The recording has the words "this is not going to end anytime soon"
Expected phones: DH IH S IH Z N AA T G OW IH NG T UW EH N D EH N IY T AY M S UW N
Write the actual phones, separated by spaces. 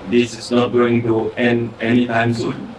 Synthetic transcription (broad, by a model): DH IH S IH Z N AA T G OW IH NG T UW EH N EH N IY T AY M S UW